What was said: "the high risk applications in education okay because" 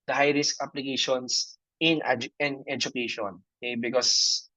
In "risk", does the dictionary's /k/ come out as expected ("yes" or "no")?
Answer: yes